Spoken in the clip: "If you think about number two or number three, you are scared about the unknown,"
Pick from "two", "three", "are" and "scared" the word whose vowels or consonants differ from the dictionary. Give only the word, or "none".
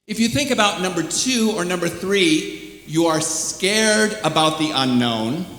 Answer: none